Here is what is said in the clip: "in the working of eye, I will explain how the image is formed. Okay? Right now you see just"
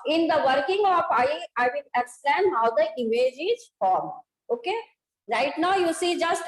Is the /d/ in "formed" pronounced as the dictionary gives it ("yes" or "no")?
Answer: no